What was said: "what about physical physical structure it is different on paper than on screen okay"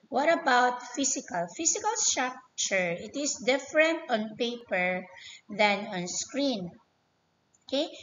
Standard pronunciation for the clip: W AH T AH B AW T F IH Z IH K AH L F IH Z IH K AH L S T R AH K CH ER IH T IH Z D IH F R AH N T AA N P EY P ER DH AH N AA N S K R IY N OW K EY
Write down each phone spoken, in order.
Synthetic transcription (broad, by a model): W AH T AH B AW T F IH S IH K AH L F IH S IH K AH L S T R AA K CH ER IH T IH S D IH F R AH N T AA N P EY P ER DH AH N AA N S K R IY N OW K EY